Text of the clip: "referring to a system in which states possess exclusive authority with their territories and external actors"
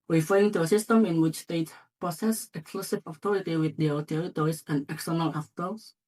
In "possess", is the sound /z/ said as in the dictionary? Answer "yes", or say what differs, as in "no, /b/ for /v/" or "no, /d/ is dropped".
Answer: no, /s/ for /z/